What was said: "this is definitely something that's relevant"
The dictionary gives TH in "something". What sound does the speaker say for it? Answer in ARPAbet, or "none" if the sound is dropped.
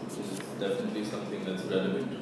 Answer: TH